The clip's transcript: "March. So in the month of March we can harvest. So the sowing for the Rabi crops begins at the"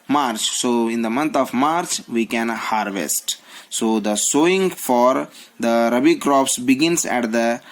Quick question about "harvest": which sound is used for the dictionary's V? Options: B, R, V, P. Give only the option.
V